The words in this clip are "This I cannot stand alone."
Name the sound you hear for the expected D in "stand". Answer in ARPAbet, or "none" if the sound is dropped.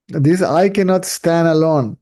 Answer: D